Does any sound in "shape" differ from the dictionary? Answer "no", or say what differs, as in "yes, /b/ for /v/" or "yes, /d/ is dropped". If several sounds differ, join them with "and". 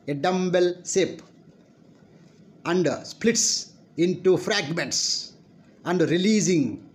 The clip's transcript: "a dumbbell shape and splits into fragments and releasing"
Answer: yes, /s/ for /ʃ/